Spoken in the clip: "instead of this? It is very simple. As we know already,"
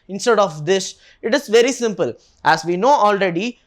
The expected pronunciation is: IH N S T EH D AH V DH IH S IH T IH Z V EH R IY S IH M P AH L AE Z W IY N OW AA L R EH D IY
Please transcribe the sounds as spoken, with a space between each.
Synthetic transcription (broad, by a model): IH N S T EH D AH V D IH SH IH T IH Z V EH R IY S IH M P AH L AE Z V IY N OW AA L R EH D IY